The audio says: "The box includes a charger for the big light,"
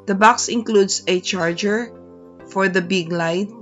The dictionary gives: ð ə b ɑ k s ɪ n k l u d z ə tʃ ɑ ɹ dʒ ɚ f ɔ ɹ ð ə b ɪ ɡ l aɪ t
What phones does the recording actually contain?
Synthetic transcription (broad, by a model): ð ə b ɑ k s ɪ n k l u d s ə tʃ ɑ ɹ dʒ ɚ f ɔ ɹ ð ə b ɪ ɡ l aɪ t